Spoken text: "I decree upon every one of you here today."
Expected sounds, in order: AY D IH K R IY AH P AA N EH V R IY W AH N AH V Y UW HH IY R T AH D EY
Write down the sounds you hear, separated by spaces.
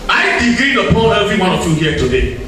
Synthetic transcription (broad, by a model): AY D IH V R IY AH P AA L EH V R IY W AH N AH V Y UW HH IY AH T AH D EY